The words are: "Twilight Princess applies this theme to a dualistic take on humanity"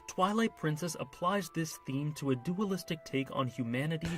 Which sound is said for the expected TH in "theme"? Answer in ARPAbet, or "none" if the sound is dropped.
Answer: TH